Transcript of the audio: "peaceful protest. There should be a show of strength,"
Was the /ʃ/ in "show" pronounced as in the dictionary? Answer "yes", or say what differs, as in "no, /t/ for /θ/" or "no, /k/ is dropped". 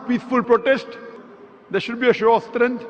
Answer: yes